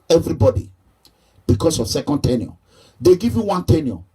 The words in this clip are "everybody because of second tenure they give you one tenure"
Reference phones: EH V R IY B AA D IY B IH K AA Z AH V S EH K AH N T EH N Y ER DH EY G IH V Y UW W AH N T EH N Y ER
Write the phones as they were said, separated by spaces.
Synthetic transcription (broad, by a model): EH V R IY B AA D IY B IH K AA S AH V S EH K AH N T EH N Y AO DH EY G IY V Y UW W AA N T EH N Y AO